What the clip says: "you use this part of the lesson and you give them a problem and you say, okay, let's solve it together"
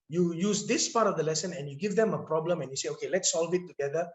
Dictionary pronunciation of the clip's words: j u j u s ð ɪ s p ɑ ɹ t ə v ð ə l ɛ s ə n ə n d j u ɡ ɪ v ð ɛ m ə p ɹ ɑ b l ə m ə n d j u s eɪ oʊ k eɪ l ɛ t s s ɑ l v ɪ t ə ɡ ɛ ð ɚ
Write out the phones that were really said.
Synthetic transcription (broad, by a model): j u j u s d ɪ s p ɑ ɹ t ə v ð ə l ɛ s ə n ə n j u ɡ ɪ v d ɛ m ə p ɹ ɑ b l ə m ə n j u s eɪ oʊ k eɪ l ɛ t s s ɑ l v ɪ t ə ɡ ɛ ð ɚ